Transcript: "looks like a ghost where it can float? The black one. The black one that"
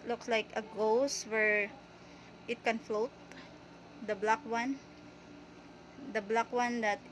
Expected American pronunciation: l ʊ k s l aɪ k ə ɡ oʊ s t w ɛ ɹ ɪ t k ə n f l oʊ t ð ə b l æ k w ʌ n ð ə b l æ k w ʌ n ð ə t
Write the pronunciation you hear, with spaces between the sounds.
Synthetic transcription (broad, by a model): l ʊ k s l aɪ k ə ɡ oʊ s w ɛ ɹ ɪ t k ə n f l oʊ t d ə b l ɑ k w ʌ n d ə b l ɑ k w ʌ n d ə t